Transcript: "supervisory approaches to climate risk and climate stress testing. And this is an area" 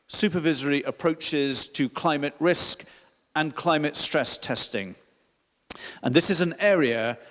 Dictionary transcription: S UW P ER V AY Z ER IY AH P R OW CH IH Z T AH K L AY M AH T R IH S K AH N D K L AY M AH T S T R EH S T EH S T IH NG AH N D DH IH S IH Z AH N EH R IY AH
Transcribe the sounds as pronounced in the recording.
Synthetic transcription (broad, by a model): S UW P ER V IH Z ER IY AH P R OW CH IH Z T AH K L AY M AH T R IH S K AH N K L AY M AH T S T R EH S T EH S T IH NG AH N DH IH S IH Z AH N EH R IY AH